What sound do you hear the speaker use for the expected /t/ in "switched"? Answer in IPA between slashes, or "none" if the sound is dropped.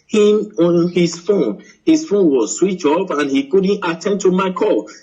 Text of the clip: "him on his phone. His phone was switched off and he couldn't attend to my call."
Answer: none